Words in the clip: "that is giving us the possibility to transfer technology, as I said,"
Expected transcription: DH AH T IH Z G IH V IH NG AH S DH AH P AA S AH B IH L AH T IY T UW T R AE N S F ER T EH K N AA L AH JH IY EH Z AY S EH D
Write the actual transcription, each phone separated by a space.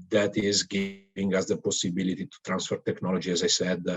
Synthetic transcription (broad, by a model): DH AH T IH Z G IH V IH NG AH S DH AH P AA S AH B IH L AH T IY T UW T R AE N S F ER T EH K N AA L AH JH IY EH Z AY S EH D